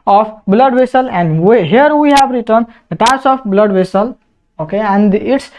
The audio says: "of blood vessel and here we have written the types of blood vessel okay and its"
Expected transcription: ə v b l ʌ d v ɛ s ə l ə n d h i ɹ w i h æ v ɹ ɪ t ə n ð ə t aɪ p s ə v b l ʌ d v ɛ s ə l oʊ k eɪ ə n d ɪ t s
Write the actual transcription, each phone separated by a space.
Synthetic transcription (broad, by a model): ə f b l ʌ d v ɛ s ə l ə n d h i ɹ w i h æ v ɹ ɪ t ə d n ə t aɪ s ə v b l ʌ d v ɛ s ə l oʊ k eɪ ə n d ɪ t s